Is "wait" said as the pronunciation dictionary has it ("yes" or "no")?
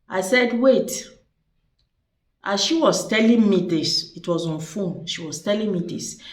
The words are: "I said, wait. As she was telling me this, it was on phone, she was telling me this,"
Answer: yes